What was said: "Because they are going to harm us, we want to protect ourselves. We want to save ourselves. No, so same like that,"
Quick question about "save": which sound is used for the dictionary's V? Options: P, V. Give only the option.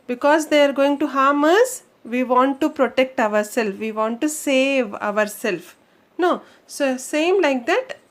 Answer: V